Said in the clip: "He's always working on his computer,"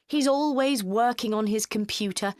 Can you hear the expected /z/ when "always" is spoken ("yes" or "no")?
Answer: yes